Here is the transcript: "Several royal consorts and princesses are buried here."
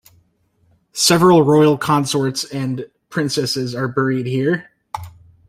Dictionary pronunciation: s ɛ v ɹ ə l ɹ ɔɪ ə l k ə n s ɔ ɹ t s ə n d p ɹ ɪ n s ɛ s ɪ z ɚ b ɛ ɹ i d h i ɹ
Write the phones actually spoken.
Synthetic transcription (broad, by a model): s ɛ v ɹ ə l ɹ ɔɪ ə l k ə n s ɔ ɹ t s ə n p ɹ ɪ n s ɛ s ɪ z ɚ b ɛ ɹ i d h i ɹ